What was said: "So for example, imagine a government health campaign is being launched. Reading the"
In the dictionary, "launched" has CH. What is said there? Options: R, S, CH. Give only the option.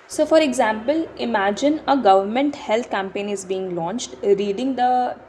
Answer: CH